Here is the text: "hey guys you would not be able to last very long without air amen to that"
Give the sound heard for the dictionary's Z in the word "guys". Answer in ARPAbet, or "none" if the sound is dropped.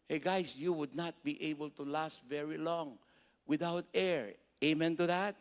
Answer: S